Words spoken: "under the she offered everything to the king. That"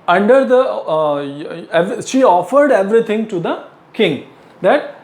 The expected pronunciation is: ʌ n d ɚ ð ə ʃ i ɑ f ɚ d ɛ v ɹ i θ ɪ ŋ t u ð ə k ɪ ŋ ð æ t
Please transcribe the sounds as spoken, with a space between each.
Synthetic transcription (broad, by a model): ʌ n d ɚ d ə ʃ i ɑ f ɚ d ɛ v ɹ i t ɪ ŋ t u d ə k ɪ ŋ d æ t